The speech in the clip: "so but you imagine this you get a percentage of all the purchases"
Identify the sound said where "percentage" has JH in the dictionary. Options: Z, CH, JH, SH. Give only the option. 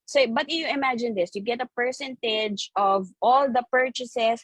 JH